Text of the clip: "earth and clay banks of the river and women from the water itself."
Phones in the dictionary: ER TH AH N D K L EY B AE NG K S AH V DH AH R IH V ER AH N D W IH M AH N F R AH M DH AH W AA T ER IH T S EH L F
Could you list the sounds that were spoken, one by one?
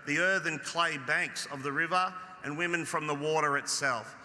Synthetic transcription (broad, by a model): ER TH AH N K L EY B AE NG K S AH V DH AH R IH V ER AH N W IH M AH N F R AH M DH AH W AA T ER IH T S EH L F